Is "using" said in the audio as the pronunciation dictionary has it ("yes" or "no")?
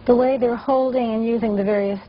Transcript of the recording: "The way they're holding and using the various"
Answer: yes